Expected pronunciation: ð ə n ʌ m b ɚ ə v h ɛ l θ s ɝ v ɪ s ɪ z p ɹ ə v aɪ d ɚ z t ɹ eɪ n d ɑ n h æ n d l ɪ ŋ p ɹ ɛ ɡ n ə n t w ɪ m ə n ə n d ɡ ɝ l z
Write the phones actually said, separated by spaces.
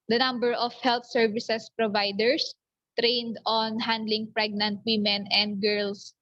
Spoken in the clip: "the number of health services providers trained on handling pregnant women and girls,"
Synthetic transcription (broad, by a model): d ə n ʌ m b ɚ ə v h ɛ l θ s ɝ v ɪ s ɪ s p ɹ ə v aɪ d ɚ s t ɹ eɪ n d ɑ n h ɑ n d l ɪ ŋ p ɹ ɛ ɡ n ə n t w ɪ m ə n ə n d ɡ ɝ l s